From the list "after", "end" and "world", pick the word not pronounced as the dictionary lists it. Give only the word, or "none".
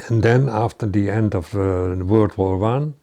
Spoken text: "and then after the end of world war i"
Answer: world